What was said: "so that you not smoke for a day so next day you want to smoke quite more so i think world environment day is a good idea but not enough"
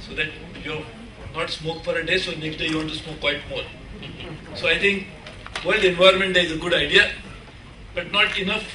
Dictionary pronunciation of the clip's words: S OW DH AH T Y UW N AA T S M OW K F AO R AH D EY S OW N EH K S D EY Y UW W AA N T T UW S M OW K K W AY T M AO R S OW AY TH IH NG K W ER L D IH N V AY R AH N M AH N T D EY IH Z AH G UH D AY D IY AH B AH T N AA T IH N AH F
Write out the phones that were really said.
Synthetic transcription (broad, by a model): S OW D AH T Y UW N AA T S M OW K F AO R AH D EY S OW N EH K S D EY Y UW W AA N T T UW S M OW K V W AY T M AO R S OW AY T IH NG K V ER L D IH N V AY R M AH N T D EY IH Z AH G UH D AY D IY AH B AH T N AA T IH N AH F